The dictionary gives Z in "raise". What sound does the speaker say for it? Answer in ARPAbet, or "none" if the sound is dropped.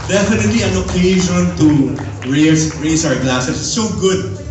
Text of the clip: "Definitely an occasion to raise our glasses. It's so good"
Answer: S